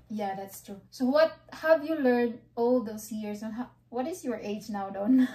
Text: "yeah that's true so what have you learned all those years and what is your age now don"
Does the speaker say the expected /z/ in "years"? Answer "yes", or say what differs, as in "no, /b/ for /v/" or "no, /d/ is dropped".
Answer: no, /s/ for /z/